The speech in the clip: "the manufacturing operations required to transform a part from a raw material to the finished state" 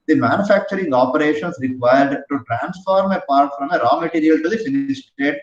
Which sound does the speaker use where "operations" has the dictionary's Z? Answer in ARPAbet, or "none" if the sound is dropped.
S